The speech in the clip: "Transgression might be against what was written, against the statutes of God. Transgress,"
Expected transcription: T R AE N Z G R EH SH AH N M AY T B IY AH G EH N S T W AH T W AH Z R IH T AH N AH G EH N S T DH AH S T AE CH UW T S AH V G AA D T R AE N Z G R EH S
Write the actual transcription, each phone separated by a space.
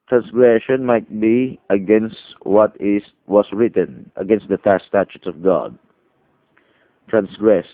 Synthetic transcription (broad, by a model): T R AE N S G R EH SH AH N M AY T B IY AH G EH N S T W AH T W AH S R IH T AH N AH G EH N S T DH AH S T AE CH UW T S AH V G AA D T R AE N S G R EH S